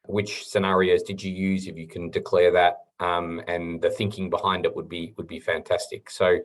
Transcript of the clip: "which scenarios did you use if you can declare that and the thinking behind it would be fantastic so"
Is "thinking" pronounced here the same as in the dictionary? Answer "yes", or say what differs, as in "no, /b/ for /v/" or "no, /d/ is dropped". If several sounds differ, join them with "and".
yes